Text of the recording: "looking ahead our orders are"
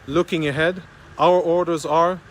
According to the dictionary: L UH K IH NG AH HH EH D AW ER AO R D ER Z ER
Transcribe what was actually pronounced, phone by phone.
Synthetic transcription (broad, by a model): L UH K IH NG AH HH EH D AW ER AO R D ER Z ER